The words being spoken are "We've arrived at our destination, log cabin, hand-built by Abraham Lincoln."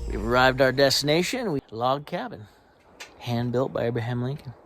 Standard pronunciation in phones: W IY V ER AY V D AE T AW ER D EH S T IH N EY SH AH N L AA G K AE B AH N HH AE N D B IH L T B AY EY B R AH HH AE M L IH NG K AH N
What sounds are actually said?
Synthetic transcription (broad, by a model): W IY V ER AY V D AW ER D EH S T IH N EY SH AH N L AA G K AE B AH N HH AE N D B IH L T B AY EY B R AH HH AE M L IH NG K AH N